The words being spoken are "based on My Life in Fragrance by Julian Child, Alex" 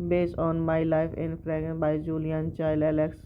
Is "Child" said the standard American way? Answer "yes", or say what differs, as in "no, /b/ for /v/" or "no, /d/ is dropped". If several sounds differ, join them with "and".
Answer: no, /d/ is dropped